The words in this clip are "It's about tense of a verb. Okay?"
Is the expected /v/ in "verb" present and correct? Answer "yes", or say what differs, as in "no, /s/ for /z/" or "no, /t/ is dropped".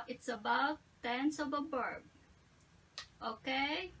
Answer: no, /b/ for /v/